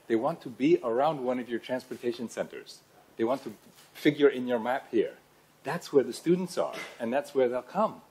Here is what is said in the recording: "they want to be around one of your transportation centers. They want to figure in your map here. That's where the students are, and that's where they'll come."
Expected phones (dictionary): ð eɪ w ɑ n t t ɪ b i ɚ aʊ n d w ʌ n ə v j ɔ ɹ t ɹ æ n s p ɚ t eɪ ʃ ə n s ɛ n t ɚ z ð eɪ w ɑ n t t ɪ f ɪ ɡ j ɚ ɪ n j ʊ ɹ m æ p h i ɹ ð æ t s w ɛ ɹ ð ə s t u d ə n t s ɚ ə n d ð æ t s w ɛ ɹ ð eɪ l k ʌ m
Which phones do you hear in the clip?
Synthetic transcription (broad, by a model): ð eɪ w ɑ n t t ɪ b i ɚ aʊ n d w ʌ n ə v j ɔ ɹ t ɹ æ n s p ɚ t eɪ ʃ ə n s ɛ n t ɚ z ð eɪ w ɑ n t t ɪ f ɪ ɡ j ɚ ɪ n j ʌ ɹ m æ p h i ɹ ð æ t s w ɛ ɹ ð ə s t u d n t s ɚ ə n ð æ t s w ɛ ɹ ð eɪ l k ʌ m